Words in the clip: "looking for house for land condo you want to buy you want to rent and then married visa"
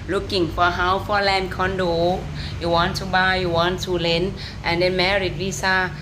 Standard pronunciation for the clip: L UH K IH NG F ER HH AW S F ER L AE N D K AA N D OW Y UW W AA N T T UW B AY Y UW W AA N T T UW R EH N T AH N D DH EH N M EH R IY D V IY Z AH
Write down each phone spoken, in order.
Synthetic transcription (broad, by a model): L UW K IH NG F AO HH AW F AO L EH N K AA N D OW Y UW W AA N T T UW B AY Y UW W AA N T T UW L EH N T AH N D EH N M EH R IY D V IY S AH